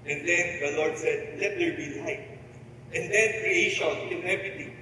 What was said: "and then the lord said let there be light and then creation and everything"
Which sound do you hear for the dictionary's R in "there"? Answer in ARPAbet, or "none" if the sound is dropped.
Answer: L